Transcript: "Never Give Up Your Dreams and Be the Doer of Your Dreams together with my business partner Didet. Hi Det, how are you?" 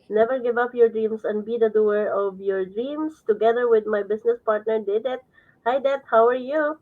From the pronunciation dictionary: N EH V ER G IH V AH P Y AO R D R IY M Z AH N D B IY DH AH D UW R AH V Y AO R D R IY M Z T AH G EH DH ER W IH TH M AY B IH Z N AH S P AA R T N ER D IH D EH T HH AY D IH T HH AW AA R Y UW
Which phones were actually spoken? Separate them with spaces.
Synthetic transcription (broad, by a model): N EH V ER G IH V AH P Y AO R D R IY M S AH N D B IY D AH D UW R AH V Y AO R D R IY M S T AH G EH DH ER W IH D M AY B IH S N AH S P AA R T N ER D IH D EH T HH AY D IH T HH AW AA R Y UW